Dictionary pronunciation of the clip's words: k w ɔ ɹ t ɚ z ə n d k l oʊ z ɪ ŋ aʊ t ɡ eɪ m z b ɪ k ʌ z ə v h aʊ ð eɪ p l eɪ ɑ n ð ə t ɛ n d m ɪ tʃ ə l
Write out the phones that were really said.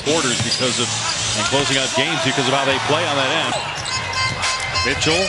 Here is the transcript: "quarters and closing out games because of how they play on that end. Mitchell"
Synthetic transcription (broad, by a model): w ɔ ɹ t ɚ z ə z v k l oʊ z ɪ ŋ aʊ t ɡ eɪ m z b ɪ k ʌ z ə v h aʊ ð eɪ p l eɪ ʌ n ð ə t ɛ n d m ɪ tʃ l